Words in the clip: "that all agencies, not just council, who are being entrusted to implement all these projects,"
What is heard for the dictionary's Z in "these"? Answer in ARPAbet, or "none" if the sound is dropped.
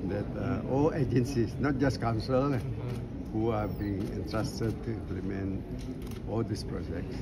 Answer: S